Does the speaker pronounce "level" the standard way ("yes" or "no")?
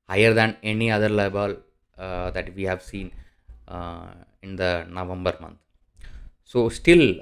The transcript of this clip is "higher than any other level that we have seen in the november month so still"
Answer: no